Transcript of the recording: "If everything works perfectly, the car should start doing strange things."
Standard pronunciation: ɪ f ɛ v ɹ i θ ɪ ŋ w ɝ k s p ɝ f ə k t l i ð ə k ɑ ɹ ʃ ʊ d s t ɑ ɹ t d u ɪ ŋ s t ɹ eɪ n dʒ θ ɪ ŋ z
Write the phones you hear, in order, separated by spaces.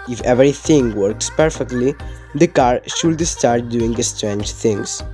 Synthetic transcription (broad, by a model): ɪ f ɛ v ɹ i t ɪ ŋ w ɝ k s p ɝ f ə k t l i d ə k ɑ ɹ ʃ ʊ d s t ɑ ɹ t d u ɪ ŋ s t ɹ eɪ n dʒ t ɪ ŋ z